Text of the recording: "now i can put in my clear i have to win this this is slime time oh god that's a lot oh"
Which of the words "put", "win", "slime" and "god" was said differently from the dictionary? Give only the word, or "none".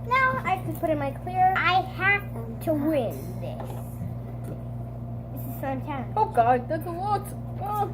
slime